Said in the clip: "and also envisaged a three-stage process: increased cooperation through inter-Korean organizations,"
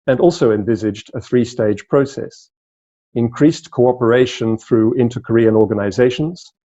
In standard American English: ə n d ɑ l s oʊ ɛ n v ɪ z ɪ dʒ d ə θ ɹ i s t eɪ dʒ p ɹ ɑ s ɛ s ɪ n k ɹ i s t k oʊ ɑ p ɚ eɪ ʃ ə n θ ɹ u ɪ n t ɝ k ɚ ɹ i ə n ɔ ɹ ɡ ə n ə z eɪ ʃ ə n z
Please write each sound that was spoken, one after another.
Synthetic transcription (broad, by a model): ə n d ɑ l s oʊ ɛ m v ɪ z ɪ dʒ d ə θ ɹ i s t eɪ dʒ p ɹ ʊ s ɛ s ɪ n k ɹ i s k oʊ ɑ p ɚ eɪ ʃ ə n θ ɹ u ɪ n t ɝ k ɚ ɹ i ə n ɔ ɹ ɡ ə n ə z eɪ ʃ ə n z